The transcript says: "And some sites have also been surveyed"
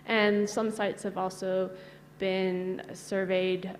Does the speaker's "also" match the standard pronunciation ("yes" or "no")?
yes